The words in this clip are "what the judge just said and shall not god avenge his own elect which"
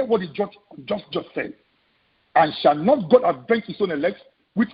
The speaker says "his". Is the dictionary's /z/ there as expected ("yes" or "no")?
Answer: no